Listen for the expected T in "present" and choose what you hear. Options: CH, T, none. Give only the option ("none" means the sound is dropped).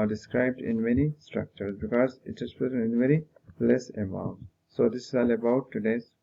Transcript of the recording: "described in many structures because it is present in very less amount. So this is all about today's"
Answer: none